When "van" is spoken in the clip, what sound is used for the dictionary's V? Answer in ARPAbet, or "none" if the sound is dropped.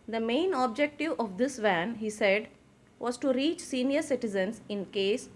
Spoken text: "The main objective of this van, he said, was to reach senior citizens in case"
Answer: V